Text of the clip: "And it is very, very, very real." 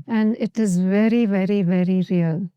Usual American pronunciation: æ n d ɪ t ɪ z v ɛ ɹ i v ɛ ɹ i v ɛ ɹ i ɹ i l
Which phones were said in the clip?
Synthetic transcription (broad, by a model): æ n d ɪ t ɪ z v ɛ ɹ i v ɛ ɹ i v ɛ ɹ i ɹ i l